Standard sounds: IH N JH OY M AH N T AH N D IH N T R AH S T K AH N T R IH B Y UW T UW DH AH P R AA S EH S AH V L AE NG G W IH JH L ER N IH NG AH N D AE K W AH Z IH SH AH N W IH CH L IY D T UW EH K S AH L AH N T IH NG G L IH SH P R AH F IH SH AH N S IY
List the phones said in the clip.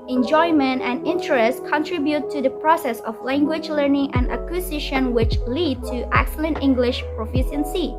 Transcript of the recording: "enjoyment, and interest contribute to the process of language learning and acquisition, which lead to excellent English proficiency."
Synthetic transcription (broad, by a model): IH N JH OY M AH N T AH N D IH N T R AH S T K AH N T R IH B Y UW T UW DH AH P R AA S EH S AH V L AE NG G W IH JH L ER N IH NG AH N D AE K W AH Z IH SH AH N W IH CH L IY D T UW EH K S AH L AH N T IH NG G L IH SH P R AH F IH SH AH N S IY